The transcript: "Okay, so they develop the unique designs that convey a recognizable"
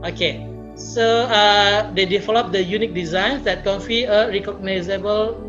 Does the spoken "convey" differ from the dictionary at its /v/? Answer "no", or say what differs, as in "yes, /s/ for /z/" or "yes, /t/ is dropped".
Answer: yes, /f/ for /v/